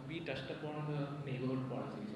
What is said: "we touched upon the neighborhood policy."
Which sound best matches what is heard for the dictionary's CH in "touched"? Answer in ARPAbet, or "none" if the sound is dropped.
S